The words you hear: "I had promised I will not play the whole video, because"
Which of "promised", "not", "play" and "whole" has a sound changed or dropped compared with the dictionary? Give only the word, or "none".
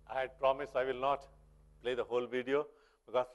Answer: promised